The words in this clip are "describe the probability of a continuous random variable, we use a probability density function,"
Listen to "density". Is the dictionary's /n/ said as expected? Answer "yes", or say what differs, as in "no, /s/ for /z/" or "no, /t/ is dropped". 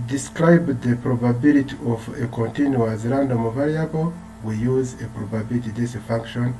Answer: no, /n/ is dropped